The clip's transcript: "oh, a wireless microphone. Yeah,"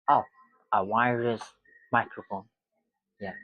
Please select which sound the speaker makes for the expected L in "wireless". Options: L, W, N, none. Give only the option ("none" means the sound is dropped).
none